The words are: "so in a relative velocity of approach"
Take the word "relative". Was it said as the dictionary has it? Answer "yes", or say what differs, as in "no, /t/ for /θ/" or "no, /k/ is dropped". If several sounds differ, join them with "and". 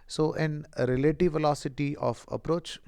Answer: yes